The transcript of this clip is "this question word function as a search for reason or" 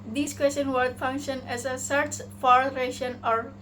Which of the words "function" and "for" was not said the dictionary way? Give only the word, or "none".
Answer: none